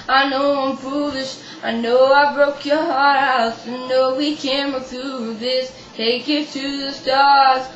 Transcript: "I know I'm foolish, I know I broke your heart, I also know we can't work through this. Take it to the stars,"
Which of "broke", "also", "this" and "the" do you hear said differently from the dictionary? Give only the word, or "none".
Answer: also